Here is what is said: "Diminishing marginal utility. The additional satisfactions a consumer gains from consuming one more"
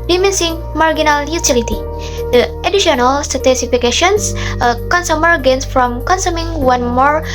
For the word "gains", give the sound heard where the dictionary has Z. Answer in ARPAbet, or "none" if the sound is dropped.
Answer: S